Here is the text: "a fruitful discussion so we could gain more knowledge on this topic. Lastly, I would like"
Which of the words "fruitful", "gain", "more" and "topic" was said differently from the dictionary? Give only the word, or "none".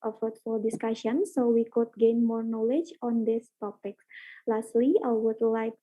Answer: fruitful